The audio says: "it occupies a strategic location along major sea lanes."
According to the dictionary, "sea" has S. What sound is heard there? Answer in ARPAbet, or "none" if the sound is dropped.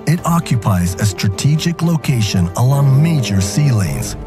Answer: S